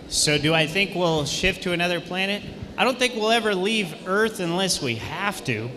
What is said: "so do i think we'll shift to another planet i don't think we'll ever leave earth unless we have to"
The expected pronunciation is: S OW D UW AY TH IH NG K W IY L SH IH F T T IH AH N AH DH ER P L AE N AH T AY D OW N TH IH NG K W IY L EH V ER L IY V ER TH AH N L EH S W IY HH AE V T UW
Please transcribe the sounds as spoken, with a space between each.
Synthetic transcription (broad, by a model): S OW D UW AY TH IH NG K W IY L SH IH F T T IH AH N AH DH ER P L AE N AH T AY D OW N TH IH NG K W IY L EH V ER L IY V ER TH AH N L EH S W IY HH AE F T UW